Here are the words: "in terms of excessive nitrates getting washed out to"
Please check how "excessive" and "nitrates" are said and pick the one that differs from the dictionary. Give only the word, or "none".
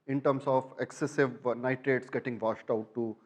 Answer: none